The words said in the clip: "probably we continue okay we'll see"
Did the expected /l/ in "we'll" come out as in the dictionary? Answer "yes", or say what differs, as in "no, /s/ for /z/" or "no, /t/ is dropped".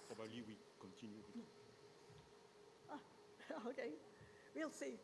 yes